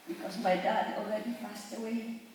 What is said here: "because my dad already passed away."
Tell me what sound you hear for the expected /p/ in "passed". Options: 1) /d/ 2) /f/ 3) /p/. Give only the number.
2